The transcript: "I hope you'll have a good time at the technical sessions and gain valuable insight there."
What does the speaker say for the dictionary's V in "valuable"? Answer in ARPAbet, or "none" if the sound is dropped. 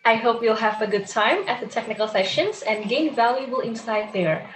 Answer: V